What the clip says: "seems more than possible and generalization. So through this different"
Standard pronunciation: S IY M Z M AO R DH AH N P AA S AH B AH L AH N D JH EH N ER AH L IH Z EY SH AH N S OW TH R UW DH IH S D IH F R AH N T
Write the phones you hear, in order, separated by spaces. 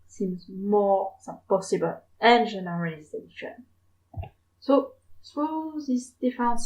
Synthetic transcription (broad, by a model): S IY M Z M AO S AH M P AA S AH B AH L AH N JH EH N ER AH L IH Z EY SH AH N S OW S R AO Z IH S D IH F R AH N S